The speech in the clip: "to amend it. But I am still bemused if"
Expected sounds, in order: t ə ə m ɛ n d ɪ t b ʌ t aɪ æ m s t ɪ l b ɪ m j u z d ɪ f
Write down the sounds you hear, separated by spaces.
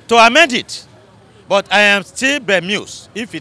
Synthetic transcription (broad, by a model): t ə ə m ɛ d ɪ t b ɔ t aɪ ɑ m s t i l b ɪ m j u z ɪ f